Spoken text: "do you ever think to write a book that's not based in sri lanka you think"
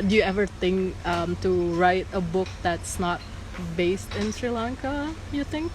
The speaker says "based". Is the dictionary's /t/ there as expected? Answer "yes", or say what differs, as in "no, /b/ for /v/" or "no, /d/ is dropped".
yes